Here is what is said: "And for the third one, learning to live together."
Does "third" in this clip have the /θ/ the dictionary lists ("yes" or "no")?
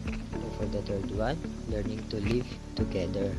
no